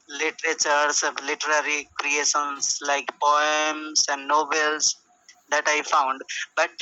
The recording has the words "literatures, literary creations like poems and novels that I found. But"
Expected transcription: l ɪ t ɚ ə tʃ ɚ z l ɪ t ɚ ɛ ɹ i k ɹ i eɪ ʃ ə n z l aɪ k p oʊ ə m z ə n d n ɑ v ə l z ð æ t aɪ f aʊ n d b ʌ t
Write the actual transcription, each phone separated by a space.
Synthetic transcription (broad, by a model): l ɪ t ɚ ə tʃ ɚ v l ɪ t ɚ ɛ ɹ i k ɹ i eɪ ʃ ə n s l aɪ k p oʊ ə m s ə n d n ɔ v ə l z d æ t aɪ f aʊ n d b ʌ t